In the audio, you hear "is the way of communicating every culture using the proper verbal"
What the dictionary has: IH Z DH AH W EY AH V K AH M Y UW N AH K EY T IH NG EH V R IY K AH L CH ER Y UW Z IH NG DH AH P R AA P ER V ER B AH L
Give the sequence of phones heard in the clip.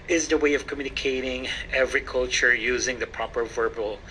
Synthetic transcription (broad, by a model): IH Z DH AH W EY AH V K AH M Y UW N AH K EY T IH NG EH V R IY K AH L CH ER Y UW Z IH NG DH AH P R AA P ER V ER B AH L